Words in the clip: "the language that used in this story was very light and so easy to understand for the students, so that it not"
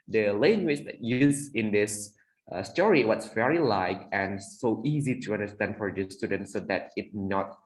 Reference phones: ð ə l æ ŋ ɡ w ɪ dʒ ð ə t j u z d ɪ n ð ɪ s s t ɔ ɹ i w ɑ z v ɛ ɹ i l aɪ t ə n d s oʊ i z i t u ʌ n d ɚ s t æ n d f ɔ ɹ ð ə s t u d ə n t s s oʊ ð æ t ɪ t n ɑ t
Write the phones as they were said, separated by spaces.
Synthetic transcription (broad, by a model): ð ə l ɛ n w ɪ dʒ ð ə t j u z ɪ n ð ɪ s s t ɔ ɹ i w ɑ s v ɛ ɹ i l aɪ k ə n s oʊ i z i t u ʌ n d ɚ s t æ n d f ɔ ɹ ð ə s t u d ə n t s s oʊ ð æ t ɪ t n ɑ t